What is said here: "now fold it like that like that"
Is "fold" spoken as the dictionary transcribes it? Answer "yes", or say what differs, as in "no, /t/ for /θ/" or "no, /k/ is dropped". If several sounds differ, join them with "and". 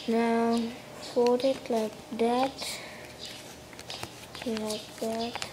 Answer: no, /l/ is dropped